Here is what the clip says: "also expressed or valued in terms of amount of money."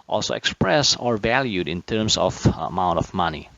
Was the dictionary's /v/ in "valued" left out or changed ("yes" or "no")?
no